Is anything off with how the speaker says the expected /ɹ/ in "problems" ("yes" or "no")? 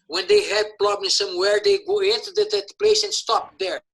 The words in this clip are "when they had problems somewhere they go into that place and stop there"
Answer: yes